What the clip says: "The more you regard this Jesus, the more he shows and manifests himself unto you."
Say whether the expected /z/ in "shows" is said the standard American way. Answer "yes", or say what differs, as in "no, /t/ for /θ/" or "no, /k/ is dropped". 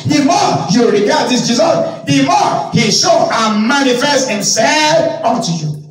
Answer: no, /z/ is dropped